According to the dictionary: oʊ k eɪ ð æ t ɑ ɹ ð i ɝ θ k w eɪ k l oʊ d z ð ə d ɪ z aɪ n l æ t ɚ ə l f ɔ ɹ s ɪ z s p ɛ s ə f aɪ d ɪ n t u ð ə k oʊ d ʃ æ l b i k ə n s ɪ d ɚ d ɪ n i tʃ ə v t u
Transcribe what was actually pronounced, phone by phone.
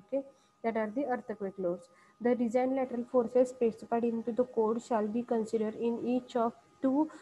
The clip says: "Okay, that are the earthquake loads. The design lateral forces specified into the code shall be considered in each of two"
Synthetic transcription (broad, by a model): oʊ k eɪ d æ t ɑ ɹ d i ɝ t k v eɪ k l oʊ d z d ə d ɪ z aɪ n l æ t ɚ ə l f ɔ ɹ s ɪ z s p ɛ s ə p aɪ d ɪ n t u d ə k oʊ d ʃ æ l b i k ə n s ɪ d ɚ d ɪ n i tʃ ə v t u